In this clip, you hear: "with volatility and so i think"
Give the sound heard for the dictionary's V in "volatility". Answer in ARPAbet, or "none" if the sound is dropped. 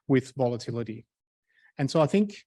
V